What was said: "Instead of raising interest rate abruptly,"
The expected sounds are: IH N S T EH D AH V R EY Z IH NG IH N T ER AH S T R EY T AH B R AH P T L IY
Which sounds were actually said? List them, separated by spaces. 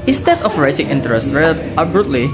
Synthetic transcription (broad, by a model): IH N S T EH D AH F R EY S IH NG IH N T ER AH S T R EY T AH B R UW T L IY